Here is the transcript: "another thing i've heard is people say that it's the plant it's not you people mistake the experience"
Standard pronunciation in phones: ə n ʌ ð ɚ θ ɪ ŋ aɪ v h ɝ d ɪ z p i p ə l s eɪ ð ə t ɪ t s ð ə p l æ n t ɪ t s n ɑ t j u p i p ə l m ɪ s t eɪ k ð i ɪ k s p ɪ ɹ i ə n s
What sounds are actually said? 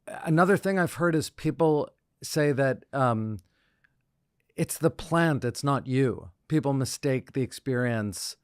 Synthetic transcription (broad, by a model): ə n ʌ ð ɚ θ ɪ ŋ aɪ v h ɝ d ɪ z p i p l s eɪ ð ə t ɪ t s ð ə p l æ n t ɪ t s n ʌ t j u p i p l m ɪ s t eɪ k ð i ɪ k s p ɪ ɹ i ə n s